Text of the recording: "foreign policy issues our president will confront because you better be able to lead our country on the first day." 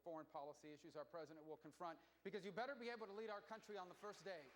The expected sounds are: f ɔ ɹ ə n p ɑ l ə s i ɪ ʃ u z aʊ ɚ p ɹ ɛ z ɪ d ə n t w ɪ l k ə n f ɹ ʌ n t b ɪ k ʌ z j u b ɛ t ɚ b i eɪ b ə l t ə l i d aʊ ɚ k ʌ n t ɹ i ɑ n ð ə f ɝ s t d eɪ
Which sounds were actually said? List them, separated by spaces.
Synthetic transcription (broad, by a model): f ɔ ɹ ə n p ɑ l ə s i ɪ ʃ u z aʊ ɚ p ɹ ɛ z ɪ d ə n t w ɪ l k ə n f ɹ ʌ n t b ɪ k ʌ z j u b ɛ t ɚ b i eɪ b l t ə l i d aʊ ɚ k ʌ n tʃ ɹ i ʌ n ð ə f ɝ s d eɪ